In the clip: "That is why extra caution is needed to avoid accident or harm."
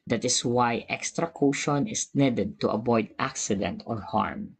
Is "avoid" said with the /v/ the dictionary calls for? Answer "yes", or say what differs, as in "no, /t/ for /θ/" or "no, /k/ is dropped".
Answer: no, /b/ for /v/